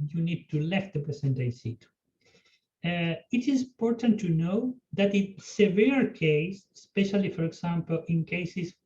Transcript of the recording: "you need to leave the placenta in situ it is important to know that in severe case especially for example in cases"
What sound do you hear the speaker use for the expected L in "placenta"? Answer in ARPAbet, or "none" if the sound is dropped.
none